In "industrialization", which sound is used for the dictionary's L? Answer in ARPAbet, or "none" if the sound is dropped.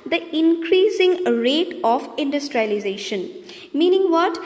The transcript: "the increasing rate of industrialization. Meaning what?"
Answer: L